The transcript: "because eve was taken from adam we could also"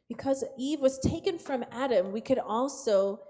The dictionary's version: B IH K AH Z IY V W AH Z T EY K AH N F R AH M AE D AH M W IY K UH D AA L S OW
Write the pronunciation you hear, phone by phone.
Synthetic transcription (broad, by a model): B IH K AH Z IY V W AH Z T EY K AH N F R AH M AE D AH M W IY K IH D AA L S OW